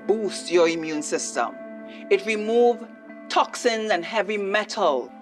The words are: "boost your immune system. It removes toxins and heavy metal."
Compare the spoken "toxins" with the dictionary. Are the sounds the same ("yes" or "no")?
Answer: yes